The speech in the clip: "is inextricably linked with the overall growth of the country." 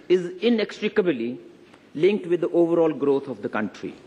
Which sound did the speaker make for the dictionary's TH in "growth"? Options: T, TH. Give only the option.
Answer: T